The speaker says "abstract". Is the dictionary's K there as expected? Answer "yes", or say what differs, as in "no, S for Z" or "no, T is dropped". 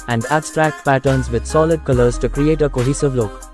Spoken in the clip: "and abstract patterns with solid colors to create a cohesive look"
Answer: yes